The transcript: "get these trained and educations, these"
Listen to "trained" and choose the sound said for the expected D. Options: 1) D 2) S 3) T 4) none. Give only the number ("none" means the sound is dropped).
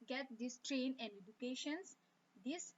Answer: 4